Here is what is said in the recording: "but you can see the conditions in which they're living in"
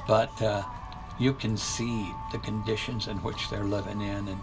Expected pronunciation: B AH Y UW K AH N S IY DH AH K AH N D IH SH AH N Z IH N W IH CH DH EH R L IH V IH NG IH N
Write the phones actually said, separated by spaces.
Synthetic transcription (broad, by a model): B AH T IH K AH N S IY DH AH K AH N D IH SH AH N Z IH N W IH CH DH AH R L IH V IH NG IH N